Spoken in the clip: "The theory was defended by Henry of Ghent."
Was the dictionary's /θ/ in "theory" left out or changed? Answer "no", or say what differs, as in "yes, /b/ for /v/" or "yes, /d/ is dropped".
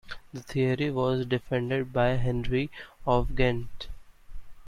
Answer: yes, /t/ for /θ/